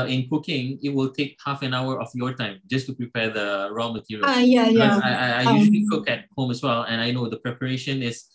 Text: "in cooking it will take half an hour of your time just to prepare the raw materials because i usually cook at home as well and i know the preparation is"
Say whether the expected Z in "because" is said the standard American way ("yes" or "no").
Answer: no